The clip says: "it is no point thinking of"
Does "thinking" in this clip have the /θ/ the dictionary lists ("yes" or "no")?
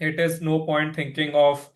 no